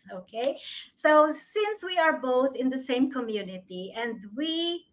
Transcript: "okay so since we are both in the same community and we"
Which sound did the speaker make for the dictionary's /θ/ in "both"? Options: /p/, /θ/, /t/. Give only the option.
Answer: /θ/